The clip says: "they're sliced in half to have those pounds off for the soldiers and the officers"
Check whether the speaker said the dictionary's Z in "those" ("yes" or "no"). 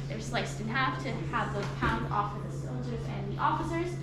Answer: no